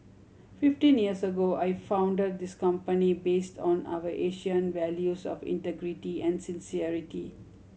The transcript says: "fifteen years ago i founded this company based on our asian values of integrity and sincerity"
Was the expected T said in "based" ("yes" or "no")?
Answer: yes